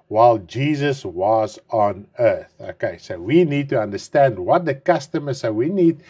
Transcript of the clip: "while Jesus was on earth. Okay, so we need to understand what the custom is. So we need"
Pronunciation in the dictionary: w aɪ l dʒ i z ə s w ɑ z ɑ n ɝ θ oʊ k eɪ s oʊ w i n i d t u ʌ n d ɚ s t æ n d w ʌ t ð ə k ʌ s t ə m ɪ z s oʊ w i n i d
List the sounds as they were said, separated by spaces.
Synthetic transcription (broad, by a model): w aɪ l dʒ i z ə s w ɑ z ɑ n ɝ θ oʊ k eɪ s oʊ w i n i d t u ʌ n d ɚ s t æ n d w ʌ t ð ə k ʌ s t ə m ɪ z s oʊ w i n i d